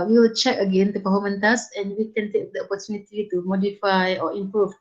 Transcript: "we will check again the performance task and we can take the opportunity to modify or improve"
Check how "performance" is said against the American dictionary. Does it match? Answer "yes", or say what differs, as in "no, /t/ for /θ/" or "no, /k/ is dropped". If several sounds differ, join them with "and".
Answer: no, /s/ is dropped